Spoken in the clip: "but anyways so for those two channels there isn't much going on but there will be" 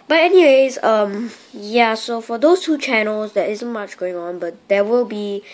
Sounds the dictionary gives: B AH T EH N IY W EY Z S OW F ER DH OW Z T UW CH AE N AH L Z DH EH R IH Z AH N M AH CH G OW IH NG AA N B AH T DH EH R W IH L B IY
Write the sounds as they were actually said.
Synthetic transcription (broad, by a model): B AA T EH N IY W EY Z S OW F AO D OW S T UW CH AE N AH L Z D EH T IH Z AH N M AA CH G OW IH NG AA N B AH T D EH W IH L B IY